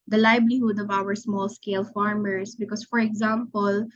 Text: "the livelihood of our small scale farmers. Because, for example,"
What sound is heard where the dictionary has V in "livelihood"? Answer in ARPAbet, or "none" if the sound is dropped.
B